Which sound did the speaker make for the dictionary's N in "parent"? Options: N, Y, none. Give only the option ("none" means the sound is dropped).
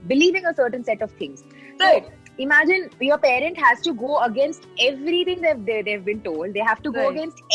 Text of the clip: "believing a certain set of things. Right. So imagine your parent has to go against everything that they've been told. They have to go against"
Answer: N